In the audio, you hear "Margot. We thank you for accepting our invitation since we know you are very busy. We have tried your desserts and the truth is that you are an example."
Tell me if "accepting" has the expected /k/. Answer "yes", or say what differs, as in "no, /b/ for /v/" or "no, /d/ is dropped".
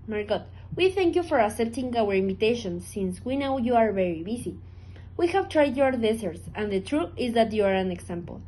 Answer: no, /k/ is dropped